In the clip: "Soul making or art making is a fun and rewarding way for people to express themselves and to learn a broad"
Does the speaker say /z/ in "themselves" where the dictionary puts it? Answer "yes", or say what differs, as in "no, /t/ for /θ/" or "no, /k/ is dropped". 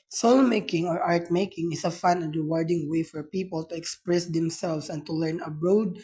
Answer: no, /s/ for /z/